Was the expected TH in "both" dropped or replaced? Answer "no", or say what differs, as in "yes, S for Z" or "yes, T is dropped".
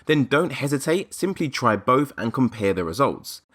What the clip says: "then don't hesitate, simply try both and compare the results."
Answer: no